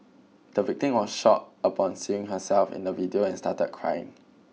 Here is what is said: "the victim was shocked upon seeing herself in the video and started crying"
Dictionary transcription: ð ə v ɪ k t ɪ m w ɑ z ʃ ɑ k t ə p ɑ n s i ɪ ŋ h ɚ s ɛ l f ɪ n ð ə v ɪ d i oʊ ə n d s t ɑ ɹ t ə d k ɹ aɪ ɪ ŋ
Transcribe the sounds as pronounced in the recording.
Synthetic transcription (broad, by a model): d ə v ɪ k t ɪ m w ɑ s ʃ ɑ t ə p ɑ n s i ɪ ŋ h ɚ s ɛ l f ɪ n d ə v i d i oʊ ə n s t ɑ t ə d k ɹ aɪ ɪ ŋ